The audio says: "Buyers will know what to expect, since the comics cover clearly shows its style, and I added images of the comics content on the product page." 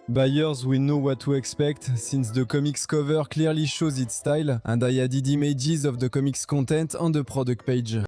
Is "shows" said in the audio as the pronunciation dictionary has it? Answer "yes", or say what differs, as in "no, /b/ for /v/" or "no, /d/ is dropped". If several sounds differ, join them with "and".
yes